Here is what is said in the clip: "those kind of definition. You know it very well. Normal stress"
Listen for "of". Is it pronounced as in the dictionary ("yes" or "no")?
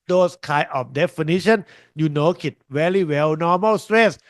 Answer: no